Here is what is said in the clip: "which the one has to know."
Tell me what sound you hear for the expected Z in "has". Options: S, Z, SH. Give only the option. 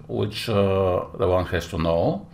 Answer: S